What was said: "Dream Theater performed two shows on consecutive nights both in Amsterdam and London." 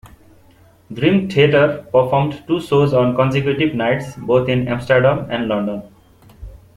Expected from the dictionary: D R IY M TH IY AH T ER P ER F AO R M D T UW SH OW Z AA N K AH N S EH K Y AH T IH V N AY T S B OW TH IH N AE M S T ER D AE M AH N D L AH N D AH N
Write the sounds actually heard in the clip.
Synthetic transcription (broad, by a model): D R IY M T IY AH T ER P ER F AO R M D T UW S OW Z AA N K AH N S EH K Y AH T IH B N AY T S B OW T IH N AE M S T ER D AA M AH N D L AH N D AH N